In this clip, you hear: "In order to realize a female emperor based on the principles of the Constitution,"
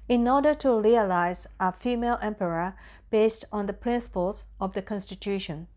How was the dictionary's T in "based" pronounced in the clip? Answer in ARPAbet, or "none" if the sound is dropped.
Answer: T